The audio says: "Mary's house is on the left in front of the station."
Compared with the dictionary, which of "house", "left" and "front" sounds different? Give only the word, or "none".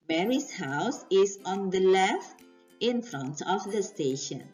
none